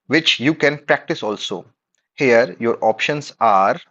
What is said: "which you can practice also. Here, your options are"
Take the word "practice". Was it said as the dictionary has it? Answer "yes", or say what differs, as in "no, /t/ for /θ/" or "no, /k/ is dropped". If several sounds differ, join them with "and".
yes